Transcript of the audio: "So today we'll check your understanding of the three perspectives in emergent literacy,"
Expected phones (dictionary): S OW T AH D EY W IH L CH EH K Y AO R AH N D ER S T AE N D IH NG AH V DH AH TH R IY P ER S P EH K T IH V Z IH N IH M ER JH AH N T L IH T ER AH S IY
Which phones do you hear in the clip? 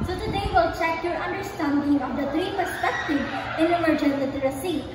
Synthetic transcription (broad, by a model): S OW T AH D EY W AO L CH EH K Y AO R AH N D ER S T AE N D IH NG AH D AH T R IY P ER S P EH K T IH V IH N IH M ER JH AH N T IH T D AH S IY